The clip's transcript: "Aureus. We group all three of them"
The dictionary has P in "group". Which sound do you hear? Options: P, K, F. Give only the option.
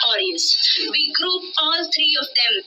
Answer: F